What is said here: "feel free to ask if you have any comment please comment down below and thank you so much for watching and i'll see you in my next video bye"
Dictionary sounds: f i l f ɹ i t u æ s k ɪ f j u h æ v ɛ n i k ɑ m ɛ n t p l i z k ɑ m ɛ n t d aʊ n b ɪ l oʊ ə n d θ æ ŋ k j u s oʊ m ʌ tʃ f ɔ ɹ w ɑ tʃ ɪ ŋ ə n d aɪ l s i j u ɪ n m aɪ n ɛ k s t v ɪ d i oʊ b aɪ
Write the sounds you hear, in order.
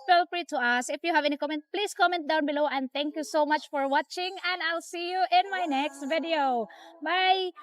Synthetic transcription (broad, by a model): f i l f ɹ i t u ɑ s ɪ f j u h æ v ɛ n i k ɑ m ɛ n t p l i s k ɑ m ɛ n t d aʊ n b ɪ l oʊ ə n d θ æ ŋ k j u s oʊ m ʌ tʃ f ɔ ɹ w ɑ tʃ ɪ ŋ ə n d aɪ l s i j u ɪ n m aɪ n ɛ k s t v ɪ d i oʊ b aɪ